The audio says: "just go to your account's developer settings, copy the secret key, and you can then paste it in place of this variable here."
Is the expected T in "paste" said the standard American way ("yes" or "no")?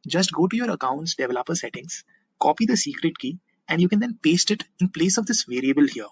yes